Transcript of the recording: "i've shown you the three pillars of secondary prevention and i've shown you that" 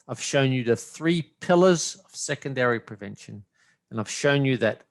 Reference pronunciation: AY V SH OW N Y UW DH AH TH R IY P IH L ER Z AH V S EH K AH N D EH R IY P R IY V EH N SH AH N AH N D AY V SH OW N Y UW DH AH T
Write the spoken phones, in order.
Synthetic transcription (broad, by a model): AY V SH OW N Y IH DH AH TH R IY P IH L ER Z AH V S EH K AH N D EH R IY P R IY V EH N SH AH N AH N AY V SH OW N Y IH DH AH T